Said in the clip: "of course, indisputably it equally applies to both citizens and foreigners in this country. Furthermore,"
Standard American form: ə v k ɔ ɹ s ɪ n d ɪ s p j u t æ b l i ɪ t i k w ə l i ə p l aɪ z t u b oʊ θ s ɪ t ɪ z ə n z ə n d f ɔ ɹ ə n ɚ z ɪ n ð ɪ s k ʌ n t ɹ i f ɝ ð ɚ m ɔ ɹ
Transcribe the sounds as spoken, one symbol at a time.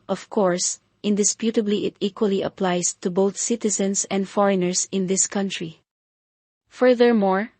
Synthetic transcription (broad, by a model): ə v k ɔ ɹ s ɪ n d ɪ s p j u t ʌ b l i ɪ t i k w ə l i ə p l aɪ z t u b oʊ θ s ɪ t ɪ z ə n s ə n d f ɔ ɹ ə n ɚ s ɪ n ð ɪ s k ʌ n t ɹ i f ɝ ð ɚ m ɔ ɹ